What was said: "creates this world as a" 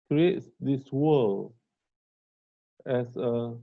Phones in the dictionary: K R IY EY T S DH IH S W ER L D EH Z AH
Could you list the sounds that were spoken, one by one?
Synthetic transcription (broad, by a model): K R IY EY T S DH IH S W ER L EH S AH